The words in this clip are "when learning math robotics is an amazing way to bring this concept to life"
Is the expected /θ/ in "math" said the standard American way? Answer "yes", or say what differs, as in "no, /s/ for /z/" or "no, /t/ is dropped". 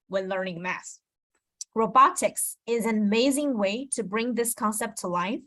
no, /s/ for /θ/